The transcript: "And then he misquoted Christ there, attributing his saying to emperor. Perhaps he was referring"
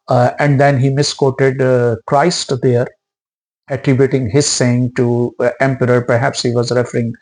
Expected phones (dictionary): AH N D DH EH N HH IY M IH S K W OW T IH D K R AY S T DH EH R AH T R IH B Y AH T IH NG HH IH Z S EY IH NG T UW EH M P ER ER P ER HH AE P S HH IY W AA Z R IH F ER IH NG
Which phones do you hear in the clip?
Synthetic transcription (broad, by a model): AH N D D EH N HH IY M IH S K OW T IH D K R AY S T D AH R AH T R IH B Y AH T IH NG HH IH Z S EY IH NG T UW EH M P ER ER P ER HH AE P S HH IY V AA Z R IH F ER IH NG